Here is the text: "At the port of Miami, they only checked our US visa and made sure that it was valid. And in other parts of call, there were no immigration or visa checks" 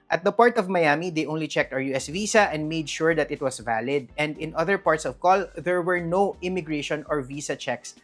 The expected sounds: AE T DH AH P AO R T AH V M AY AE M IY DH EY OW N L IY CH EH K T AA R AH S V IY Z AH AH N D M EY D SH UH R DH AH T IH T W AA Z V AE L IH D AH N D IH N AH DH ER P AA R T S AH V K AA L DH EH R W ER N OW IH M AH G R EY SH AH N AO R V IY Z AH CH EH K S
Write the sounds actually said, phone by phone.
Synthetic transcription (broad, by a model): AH T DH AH P AO R T AH V M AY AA M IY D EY OW N L IY CH EH K T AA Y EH S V IY S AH AH N D M EY D SH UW R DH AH T IH T W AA S V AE L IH D AH N D IH N AH DH ER P AA R T S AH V K AA L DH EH R W ER N OW IH M AH G R EY SH AH N AO R V IY S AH CH EH K S